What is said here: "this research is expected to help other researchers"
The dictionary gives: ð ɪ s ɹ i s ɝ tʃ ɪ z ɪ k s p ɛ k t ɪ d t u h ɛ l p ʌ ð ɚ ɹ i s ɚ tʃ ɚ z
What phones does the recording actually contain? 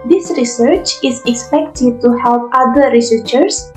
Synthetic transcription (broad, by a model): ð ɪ s ɹ i s ɝ tʃ ɪ z ɪ k s p ɛ k t ɪ d t u h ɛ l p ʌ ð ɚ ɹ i s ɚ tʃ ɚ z